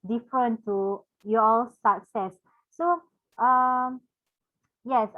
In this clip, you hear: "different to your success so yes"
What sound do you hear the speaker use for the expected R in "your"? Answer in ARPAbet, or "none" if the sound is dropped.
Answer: L